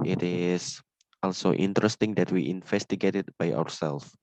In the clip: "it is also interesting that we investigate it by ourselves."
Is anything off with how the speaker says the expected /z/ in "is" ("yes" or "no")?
yes